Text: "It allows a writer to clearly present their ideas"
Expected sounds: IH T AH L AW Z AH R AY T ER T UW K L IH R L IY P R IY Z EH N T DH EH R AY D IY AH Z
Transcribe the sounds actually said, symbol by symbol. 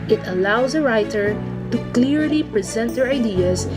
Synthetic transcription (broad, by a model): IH T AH L AW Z AH R AY T ER T UW K L IH R L IY P R IY Z EH N T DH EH R AY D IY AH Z